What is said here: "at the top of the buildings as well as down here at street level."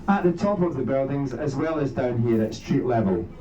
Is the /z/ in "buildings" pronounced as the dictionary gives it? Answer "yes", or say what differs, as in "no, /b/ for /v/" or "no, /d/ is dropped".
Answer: yes